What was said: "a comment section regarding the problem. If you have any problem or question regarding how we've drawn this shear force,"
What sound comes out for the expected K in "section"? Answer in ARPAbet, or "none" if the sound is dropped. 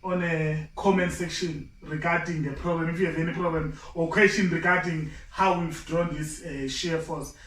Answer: K